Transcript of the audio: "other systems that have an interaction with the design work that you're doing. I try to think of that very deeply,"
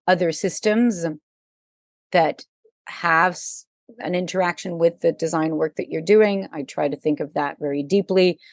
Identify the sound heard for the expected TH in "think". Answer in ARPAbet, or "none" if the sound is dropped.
TH